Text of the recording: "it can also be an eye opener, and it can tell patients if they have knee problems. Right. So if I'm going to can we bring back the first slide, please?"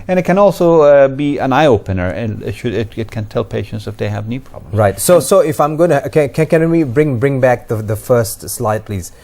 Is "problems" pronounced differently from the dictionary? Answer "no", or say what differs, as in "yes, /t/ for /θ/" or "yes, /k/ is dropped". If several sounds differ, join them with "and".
yes, /z/ is dropped